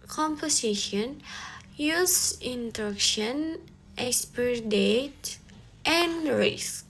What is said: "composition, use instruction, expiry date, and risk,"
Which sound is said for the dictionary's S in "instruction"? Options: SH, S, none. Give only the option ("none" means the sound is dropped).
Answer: none